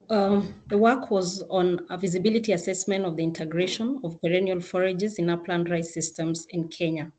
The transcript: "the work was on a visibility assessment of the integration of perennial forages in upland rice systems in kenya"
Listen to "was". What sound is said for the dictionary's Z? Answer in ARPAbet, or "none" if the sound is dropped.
Z